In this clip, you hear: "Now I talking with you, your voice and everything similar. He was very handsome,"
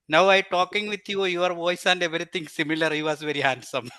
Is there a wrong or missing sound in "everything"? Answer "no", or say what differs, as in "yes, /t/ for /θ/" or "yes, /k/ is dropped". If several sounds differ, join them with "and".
yes, /t/ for /θ/